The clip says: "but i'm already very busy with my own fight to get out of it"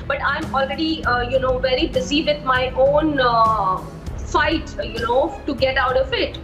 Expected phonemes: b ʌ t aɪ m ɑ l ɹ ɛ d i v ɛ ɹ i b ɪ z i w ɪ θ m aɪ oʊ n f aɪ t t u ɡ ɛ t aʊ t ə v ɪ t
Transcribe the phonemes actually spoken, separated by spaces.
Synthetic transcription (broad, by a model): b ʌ t aɪ m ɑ l ɹ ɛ d i v ɛ ɹ i b ɪ z i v ɪ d m aɪ oʊ n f aɪ t t u ɡ ɛ t aʊ t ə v ɪ t